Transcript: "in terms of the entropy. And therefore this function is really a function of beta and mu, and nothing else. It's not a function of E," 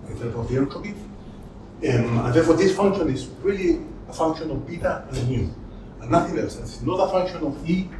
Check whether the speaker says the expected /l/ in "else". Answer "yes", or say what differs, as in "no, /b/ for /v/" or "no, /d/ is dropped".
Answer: no, /l/ is dropped